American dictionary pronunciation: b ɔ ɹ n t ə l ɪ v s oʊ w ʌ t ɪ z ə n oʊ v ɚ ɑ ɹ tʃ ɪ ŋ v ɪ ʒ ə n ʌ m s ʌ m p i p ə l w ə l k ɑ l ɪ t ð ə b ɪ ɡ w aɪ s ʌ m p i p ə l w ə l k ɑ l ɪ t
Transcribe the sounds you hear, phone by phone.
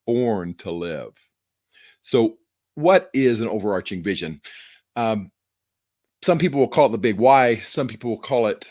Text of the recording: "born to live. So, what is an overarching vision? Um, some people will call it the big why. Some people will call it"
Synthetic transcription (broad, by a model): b ɔ ɹ n t ə l ɪ v s oʊ w ʌ t ɪ z ə n oʊ v ɚ ɑ ɹ tʃ ɪ ŋ v ɪ ʒ ə n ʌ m s ʌ m p i p l w ə l k ɑ l t ð ə b ɪ ɡ w aɪ s ʌ m p i p l w ə l k ɑ l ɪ t